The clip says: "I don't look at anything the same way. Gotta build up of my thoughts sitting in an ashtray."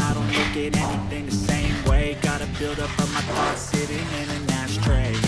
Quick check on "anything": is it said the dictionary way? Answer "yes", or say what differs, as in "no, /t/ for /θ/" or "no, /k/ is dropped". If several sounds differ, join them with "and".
yes